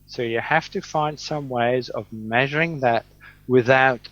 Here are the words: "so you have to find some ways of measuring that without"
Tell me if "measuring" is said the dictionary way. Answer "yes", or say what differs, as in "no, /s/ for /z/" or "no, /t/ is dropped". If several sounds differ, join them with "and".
yes